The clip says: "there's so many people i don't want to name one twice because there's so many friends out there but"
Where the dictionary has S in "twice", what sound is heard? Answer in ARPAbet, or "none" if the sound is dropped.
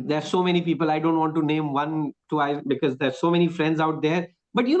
none